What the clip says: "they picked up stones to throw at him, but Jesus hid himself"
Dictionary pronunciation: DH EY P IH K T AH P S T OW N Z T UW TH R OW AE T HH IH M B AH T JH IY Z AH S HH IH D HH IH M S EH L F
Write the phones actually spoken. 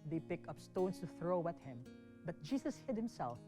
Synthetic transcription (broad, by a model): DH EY P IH K AH P S T OW N S T UW TH R OW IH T HH IH M B AH T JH IY S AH S HH IH D HH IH M S EH L F